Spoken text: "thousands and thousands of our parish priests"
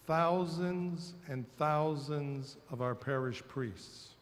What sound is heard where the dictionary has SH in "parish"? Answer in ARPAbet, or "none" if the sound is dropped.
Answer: SH